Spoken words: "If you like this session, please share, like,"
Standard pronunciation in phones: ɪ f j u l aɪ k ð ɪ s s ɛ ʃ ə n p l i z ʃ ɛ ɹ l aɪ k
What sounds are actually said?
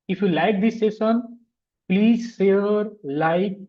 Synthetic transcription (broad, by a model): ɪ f j u l aɪ k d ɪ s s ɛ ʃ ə n p l i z s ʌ ɹ l aɪ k